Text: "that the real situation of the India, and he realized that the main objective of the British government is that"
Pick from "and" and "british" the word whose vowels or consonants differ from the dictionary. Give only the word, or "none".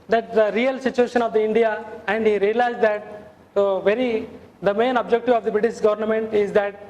none